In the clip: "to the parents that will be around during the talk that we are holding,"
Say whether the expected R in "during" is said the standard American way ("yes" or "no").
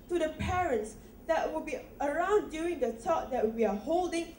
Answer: no